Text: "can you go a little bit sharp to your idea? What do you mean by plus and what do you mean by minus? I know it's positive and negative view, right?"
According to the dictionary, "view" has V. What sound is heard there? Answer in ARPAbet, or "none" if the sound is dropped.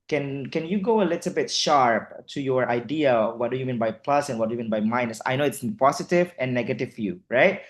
F